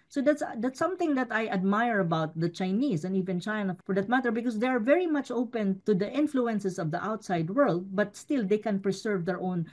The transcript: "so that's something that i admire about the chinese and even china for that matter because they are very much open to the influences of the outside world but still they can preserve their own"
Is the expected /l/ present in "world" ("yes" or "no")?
yes